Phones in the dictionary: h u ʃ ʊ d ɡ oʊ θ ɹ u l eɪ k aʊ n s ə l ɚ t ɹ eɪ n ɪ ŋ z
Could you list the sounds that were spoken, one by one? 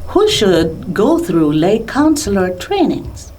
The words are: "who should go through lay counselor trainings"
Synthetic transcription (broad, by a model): h u ʃ ʊ d ɡ oʊ θ ɹ u l eɪ k aʊ n s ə l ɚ t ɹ eɪ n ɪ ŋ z